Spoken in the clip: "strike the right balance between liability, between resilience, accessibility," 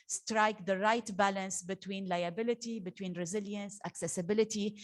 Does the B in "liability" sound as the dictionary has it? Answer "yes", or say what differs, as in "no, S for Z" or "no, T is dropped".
yes